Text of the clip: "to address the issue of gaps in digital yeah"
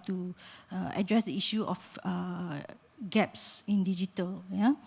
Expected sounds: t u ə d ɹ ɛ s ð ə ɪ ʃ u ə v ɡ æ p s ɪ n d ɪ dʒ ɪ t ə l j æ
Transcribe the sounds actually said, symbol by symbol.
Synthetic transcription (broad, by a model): t u ə d ɹ ɛ s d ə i ʃ u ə f ɡ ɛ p s ɪ n d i dʒ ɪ t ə l j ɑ